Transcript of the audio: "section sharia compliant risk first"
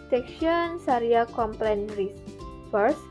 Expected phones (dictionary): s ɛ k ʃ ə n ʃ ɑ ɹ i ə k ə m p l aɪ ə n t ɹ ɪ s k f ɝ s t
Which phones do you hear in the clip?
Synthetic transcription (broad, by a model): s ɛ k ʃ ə n s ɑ ɹ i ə k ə m p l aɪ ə n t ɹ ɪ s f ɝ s